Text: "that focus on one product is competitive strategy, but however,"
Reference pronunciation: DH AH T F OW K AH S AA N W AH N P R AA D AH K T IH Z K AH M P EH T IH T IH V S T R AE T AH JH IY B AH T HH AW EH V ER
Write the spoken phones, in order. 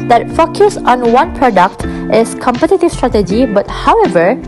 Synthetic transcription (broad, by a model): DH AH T F OW K AH S AA N W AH N P R AA D AH K T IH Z K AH M P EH T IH T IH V S T R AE T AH JH IY B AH T HH AW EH V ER